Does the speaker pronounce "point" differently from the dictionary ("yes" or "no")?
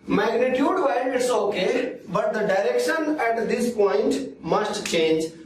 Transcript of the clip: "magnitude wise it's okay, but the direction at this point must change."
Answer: no